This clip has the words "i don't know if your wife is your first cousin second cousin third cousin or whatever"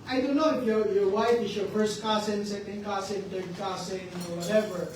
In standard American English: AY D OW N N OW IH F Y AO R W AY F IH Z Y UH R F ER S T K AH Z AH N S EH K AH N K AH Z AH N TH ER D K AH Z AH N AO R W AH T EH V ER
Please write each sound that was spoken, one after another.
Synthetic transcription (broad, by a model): AY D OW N N OW IH F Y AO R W AY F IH S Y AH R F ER S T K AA S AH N S EH K AH N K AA S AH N T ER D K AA S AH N AO R W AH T EH V ER